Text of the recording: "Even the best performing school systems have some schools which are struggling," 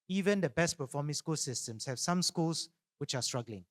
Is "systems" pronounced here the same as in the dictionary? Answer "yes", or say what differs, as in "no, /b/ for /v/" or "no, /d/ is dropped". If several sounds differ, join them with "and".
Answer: no, /s/ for /z/